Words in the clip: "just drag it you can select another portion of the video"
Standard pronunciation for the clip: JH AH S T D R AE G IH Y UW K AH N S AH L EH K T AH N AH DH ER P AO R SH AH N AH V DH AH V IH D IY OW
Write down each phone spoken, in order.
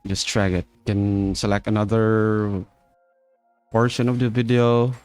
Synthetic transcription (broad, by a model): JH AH S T R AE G IH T K AH N S AH L EH K T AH N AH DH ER P AO R SH AH N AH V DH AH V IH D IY OW